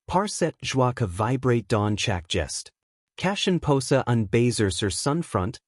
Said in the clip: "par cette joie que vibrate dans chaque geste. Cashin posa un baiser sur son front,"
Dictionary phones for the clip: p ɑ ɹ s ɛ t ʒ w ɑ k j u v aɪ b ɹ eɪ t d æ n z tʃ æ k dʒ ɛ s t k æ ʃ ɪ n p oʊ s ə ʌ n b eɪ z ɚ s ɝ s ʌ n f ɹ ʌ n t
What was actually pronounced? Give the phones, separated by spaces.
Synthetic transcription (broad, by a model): p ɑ ɹ s ɛ t ʒ w ɑ k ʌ v aɪ b ɹ eɪ t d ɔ n tʃ æ k dʒ ɛ s t k æ ʃ ɪ n p oʊ s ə ʌ n b eɪ z ɚ s ɝ s ʌ n f ɹ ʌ n t